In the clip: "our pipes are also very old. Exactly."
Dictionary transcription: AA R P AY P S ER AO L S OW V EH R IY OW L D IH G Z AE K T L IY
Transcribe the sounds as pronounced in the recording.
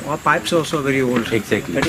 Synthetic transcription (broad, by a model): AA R P AY P S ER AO S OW V EH R IY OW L D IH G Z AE K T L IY